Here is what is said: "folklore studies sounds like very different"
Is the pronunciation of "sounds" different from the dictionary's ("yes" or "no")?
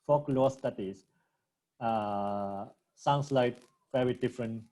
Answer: yes